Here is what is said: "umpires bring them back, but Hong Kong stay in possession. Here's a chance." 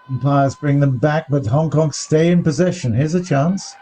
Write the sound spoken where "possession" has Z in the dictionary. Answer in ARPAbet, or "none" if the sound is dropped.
Z